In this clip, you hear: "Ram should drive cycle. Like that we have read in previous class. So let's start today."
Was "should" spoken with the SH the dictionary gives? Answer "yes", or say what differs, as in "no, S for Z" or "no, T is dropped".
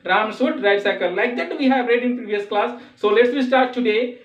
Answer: no, S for SH